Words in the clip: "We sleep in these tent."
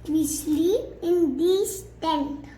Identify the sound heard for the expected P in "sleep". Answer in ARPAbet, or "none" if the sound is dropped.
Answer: none